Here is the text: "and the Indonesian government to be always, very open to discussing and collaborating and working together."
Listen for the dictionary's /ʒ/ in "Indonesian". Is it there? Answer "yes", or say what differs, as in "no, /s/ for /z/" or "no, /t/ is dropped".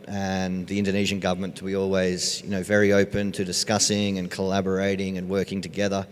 yes